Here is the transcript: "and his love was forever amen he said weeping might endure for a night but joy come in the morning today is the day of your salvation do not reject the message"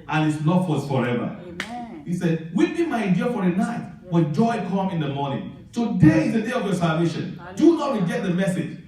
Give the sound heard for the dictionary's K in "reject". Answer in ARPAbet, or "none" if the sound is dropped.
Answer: none